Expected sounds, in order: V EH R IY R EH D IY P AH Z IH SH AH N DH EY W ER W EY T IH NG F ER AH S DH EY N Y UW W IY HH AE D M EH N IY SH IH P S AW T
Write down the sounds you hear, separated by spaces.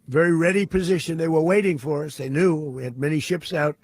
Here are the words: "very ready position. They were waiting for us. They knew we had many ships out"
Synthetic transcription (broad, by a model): V EH R IY R EH D IY P AH Z IH SH AH N DH EY W ER W EY T IH NG F ER AH S DH EY N Y UW W IY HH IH D M EH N IY SH IH P S AW T